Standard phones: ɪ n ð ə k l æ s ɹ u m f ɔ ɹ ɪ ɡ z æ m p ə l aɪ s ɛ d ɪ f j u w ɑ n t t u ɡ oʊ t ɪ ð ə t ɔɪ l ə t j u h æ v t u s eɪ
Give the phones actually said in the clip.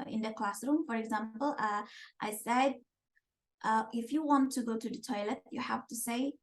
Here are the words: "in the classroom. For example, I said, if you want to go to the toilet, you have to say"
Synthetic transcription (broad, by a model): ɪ n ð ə k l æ s ɹ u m f ɔ ɹ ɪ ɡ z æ m p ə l aɪ s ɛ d ɪ f j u w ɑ n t t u ɡ oʊ t ɪ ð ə t ɔɪ l ə t j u h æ f t u s eɪ